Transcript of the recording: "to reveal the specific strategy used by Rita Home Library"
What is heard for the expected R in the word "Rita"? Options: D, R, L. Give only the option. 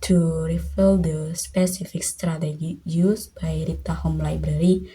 R